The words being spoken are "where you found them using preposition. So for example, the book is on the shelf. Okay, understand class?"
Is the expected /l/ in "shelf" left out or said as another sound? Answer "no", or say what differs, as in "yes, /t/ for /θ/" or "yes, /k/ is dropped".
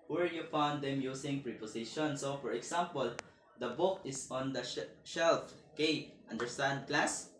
no